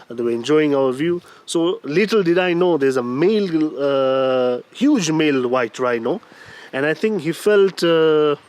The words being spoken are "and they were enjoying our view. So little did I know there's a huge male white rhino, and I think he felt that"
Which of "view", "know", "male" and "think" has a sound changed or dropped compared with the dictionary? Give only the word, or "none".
think